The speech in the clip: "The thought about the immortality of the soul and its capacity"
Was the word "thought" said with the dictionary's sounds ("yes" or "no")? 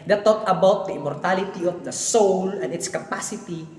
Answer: no